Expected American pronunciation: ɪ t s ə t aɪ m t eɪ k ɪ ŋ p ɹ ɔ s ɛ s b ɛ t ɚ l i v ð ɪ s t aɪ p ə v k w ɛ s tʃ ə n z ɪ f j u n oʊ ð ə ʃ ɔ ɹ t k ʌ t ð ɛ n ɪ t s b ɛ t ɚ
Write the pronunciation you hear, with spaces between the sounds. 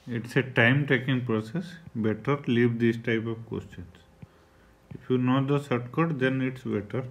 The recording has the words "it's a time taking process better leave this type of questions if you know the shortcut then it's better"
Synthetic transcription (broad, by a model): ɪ t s ə t aɪ m t eɪ k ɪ ŋ p ɹ ɔ s ɛ s b ɛ t ɚ l i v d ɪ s t aɪ p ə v k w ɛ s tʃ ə n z ɪ f j u n oʊ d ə s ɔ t k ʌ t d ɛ n ɪ t s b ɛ t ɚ